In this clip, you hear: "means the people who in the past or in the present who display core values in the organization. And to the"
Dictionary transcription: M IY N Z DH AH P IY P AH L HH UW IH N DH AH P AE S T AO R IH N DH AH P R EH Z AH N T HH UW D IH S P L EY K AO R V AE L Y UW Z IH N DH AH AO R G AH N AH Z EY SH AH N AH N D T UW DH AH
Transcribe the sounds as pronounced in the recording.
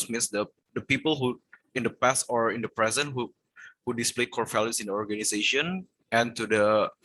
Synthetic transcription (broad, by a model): M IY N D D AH P IY P AH L HH UW IH N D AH P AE S T AO R IH N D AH P R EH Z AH N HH HH UW D IH S P L EY K AO R F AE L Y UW S IH N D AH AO R G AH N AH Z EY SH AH N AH N T UW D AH